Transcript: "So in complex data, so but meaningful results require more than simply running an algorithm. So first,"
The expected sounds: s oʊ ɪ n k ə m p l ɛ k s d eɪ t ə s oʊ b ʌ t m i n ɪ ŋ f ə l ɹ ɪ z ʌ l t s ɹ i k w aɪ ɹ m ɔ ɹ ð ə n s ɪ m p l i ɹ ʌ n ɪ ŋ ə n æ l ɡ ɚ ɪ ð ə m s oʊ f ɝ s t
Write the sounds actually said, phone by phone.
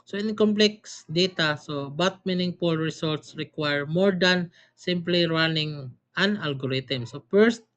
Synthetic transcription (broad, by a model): s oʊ ɪ n k ə m p l ɛ k s d eɪ t ə s oʊ b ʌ t m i n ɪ ŋ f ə l ɹ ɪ s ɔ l t s ɹ i k w aɪ ɹ m ɔ ɹ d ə n s ɪ m p l i ɹ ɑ n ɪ ŋ ə n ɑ l ɡ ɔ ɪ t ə m s oʊ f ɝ s t